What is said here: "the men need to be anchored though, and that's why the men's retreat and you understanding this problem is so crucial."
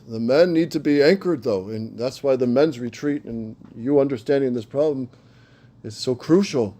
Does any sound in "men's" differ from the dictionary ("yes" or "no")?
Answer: no